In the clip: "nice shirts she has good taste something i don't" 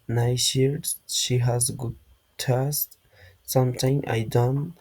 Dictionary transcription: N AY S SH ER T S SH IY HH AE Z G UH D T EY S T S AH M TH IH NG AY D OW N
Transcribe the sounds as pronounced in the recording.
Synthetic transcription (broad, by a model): N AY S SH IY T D SH IY HH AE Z G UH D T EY S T S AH M T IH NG AY D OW N